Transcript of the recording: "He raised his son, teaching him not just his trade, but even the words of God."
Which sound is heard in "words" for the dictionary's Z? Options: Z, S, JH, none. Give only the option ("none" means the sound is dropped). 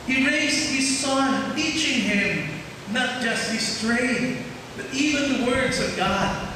Z